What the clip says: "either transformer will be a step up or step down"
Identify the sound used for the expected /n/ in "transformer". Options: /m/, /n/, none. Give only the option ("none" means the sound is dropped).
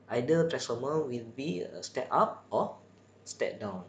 none